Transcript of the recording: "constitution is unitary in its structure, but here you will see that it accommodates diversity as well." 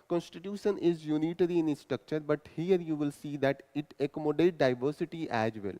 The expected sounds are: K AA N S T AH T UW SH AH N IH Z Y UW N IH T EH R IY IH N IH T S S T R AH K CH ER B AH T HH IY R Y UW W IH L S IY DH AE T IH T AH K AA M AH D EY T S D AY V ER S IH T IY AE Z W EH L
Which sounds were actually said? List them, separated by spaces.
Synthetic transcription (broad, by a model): K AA N S T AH T UW SH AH N IH Z Y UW N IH T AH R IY IH N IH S S T R AH K CH ER B AH T HH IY R Y UW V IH L S IY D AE T IH T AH K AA M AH D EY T D AY V ER S IH T IY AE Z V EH L